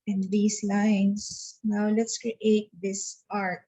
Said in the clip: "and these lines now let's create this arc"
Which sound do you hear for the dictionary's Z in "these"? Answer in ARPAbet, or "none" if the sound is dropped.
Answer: S